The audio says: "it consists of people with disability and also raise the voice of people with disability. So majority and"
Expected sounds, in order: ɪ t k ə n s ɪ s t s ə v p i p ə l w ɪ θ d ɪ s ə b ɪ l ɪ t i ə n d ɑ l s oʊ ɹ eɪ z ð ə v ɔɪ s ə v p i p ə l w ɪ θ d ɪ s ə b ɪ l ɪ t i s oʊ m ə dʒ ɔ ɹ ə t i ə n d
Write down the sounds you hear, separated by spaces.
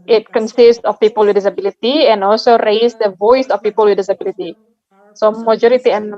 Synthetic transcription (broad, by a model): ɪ t k ə n s ɪ s t s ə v p i p ə l w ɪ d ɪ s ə b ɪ l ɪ t i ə n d ɑ l s oʊ ɹ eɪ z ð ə v ɔɪ s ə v p i p ə l w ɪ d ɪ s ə b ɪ l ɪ t i s oʊ m ə dʒ ɔ ɹ ə t i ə n